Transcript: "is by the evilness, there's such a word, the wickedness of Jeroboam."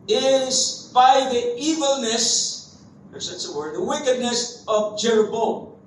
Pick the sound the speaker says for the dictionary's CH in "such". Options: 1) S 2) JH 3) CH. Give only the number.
1